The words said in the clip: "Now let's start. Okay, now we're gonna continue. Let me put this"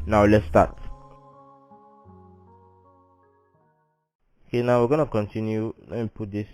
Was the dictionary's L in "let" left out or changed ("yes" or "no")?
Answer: yes